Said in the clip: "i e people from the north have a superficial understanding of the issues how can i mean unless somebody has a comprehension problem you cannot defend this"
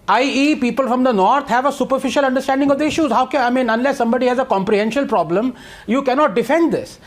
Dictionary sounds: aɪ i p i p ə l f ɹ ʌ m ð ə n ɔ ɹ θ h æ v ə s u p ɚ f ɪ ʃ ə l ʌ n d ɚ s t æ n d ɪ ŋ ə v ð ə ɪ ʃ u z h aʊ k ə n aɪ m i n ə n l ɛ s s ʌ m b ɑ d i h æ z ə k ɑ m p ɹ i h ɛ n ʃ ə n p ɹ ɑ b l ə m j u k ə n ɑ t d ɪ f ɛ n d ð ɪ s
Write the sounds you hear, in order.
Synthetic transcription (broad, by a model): aɪ i p i p ə l f ɹ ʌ m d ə n ɔ ɹ t h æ v ə s u p ɚ f ɪ ʃ ə l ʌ n d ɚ s t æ n d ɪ ŋ ə v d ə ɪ ʃ u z h aʊ k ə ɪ m i n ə n l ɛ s s ʌ m b ɑ d i h æ z ə k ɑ m p ɹ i h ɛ n ʃ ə l p ɹ ɑ b l ə m j u k ə n ɑ t d ɪ f ɛ n d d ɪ s